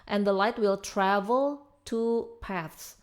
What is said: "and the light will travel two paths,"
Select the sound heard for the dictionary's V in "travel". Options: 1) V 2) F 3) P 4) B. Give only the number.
1